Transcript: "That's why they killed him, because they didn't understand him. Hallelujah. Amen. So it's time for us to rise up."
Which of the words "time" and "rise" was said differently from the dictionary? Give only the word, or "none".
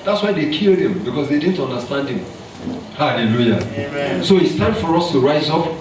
none